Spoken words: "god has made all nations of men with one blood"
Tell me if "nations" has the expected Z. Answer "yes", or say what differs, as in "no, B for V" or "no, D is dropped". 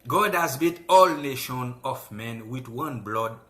no, Z is dropped